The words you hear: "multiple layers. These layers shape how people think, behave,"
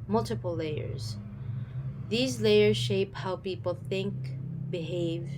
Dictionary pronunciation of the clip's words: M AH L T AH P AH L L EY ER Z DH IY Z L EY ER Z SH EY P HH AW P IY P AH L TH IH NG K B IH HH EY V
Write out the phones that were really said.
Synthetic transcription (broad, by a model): M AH L T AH P L L EY ER Z DH IY Z L EY ER Z SH EY P HH AW P IY P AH L TH IH NG K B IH HH EY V